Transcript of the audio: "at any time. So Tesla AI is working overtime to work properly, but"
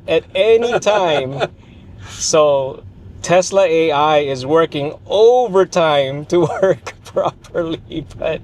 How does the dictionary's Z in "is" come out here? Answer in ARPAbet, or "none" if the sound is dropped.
Z